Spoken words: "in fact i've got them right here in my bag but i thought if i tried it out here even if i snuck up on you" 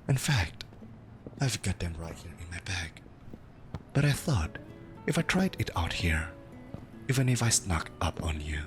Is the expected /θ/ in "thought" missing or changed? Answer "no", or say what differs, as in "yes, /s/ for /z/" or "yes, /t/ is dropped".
no